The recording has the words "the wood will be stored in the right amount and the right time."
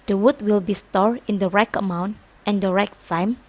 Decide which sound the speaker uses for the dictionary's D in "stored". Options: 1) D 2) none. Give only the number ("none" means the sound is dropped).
2